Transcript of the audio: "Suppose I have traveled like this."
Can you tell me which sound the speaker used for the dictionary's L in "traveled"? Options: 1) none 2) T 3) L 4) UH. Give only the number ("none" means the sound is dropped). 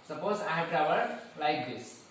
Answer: 1